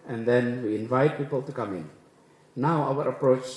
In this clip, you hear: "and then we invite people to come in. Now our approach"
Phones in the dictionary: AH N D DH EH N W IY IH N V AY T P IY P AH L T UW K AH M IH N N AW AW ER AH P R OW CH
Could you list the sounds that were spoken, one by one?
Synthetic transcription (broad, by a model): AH N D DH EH N W IY IH N V AY T P IY P AH L T UW K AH M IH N N AW AW ER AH P R OW CH